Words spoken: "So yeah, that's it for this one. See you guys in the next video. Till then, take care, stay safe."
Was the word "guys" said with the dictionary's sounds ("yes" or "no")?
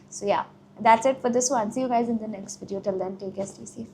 yes